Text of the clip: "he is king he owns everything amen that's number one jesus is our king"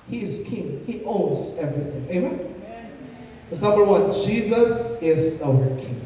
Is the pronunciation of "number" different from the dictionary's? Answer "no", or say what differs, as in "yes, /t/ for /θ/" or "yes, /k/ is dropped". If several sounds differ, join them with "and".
yes, /b/ is dropped